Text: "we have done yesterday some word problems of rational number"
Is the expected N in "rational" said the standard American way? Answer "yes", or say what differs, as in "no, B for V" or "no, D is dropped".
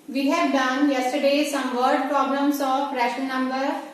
no, N is dropped